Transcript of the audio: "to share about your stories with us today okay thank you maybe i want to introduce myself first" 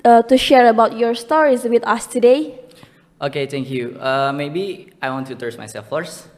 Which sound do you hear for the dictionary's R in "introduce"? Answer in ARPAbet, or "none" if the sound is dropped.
none